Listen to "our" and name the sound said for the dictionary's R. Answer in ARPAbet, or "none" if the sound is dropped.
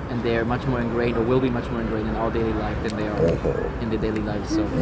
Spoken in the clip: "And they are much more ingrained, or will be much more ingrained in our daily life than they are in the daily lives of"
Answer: L